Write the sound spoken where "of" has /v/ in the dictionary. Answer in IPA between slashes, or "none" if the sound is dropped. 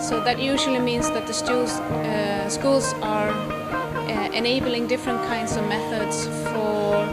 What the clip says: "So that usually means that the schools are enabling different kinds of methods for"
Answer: /v/